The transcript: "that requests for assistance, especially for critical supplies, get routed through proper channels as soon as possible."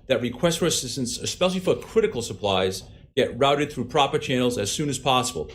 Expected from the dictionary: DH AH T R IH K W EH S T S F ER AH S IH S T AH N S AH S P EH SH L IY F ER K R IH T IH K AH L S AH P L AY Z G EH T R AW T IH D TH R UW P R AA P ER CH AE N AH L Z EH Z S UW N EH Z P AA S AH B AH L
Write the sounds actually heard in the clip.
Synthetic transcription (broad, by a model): DH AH T R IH K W EH S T F ER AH S IH S T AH N S AH S P EH SH L IY F ER K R IH T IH K L S AH P L AY Z G EH T R AW T IH D TH R UW P R AA P ER CH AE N L Z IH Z S UW N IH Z P AA S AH B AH L